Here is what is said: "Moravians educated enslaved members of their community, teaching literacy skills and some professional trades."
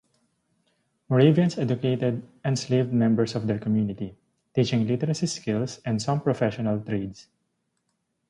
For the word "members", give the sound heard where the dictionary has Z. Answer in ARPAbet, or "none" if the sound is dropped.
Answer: S